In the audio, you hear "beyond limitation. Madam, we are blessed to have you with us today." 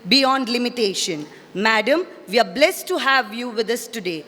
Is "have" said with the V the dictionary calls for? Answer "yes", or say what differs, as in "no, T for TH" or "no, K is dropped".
yes